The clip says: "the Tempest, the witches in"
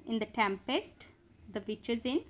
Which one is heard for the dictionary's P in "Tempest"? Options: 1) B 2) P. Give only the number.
2